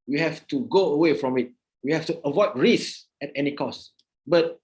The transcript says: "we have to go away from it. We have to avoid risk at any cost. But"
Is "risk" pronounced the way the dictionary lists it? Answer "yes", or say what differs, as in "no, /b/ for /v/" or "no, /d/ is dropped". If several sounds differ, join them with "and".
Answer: no, /k/ is dropped